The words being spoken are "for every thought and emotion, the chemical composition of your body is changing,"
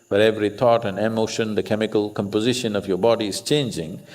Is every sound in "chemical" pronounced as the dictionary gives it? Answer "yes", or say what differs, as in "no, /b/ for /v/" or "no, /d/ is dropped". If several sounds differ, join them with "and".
yes